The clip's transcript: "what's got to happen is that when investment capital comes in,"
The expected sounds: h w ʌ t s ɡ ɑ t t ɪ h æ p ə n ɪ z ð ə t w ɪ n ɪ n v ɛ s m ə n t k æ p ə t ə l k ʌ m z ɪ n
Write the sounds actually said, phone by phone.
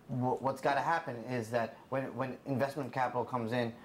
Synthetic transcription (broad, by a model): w w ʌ t s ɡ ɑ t t ɪ h æ p ə n ɪ z ð ə t w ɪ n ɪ n v ɛ s m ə n k æ p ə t l k ʌ m z ɪ n